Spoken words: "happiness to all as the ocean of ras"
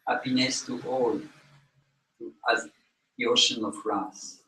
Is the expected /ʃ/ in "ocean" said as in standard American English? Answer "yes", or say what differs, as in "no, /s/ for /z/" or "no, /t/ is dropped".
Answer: yes